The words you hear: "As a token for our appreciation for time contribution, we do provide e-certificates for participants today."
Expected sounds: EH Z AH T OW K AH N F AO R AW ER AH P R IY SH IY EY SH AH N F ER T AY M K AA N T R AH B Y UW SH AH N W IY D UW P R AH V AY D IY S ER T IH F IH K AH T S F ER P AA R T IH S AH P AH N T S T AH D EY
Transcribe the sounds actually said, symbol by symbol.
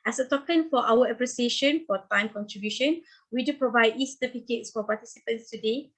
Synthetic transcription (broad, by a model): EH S AH T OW K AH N F AO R AW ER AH P R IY S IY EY SH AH N F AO T AY M K AA N T R AH B Y UW SH AH N W IY D UW P R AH V AY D IY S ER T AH P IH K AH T S F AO P AA T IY S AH P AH N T S T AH D EY